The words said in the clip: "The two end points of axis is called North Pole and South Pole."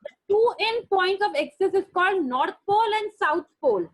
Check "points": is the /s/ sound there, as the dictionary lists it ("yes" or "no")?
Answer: no